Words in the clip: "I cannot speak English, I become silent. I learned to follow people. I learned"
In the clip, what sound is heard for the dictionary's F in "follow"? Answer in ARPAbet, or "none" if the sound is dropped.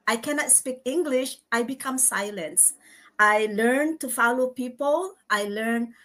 F